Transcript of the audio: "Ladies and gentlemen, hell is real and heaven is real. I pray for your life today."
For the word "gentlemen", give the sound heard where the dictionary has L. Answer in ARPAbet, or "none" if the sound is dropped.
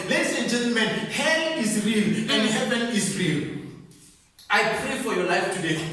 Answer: L